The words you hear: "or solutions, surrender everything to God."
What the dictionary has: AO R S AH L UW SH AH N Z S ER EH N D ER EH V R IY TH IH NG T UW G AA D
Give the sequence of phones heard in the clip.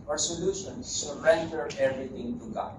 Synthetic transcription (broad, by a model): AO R S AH L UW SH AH N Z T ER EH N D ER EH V R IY T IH NG T UW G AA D